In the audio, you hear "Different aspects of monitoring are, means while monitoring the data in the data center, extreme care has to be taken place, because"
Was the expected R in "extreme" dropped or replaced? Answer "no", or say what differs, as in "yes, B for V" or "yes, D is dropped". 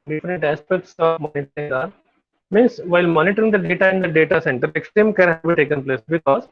yes, R is dropped